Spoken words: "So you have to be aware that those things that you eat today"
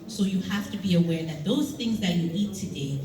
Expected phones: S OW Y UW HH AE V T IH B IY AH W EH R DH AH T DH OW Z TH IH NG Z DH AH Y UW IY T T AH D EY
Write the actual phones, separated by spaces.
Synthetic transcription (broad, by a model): S OW Y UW HH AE F T IH B IY AH W EH R DH AH T DH OW Z TH IH NG Z DH AH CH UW IY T T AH D EY